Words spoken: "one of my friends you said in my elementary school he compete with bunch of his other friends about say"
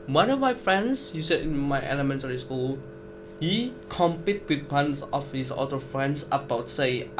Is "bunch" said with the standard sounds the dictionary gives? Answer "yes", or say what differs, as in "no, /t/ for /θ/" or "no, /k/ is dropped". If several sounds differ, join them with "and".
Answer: no, /s/ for /tʃ/